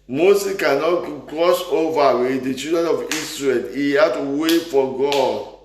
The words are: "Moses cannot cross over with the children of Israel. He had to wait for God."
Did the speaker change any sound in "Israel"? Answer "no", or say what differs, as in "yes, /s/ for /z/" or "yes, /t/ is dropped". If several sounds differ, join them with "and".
yes, /s/ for /z/